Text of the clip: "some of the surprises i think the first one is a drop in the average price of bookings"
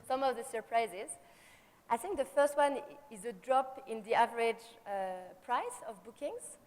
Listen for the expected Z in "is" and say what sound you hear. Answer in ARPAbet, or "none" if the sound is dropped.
Z